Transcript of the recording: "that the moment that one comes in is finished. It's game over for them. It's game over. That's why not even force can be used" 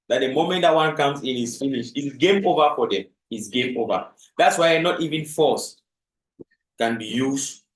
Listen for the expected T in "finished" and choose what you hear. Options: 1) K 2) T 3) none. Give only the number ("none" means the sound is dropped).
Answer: 3